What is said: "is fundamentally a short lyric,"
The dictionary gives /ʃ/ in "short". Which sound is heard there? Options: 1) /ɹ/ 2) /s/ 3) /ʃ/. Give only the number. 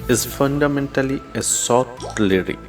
2